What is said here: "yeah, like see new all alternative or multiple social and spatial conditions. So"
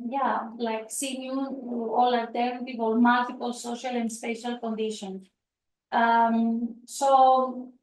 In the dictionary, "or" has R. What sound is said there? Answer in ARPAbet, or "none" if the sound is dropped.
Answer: L